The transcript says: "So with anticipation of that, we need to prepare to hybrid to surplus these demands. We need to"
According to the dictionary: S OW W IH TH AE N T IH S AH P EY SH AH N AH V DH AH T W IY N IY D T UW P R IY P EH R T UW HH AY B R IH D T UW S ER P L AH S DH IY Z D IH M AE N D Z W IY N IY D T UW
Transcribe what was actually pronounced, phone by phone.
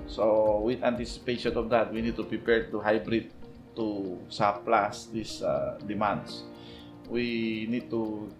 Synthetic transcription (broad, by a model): S OW W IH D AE N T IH S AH P EY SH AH N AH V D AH T W IY N IY D T UW P R IY P EH R T UW HH AY B R IH D T UW S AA P L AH S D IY S D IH M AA N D S W IY N IY D T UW